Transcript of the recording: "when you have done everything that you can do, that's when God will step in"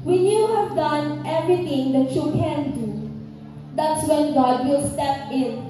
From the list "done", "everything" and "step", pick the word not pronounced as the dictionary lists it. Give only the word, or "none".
everything